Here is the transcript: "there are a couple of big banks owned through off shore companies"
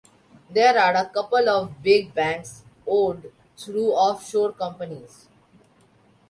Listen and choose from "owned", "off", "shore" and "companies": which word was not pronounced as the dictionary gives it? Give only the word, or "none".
owned